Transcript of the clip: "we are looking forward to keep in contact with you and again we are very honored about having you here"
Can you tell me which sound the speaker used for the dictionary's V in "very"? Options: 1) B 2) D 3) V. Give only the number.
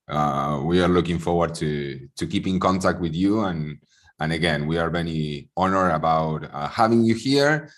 1